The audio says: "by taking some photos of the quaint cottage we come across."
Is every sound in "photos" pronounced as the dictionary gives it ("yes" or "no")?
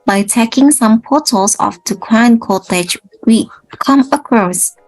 no